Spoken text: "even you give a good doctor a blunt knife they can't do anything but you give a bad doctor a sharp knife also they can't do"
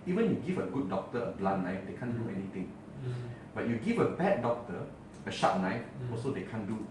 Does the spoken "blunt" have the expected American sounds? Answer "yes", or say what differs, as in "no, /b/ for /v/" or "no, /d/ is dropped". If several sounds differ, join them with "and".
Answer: no, /n/ is dropped